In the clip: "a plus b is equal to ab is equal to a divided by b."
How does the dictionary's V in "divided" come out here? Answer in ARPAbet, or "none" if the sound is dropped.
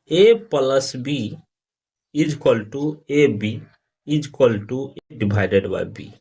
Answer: B